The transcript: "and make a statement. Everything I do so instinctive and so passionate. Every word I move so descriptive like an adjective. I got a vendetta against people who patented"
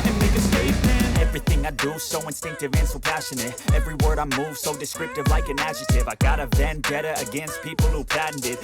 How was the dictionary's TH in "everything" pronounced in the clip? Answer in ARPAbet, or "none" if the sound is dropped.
TH